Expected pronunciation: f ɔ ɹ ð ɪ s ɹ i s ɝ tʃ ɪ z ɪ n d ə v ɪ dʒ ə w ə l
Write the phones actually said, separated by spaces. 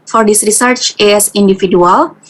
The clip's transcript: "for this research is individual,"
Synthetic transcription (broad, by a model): f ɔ ɹ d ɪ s ɹ i s ɝ tʃ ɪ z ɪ n d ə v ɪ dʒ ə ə l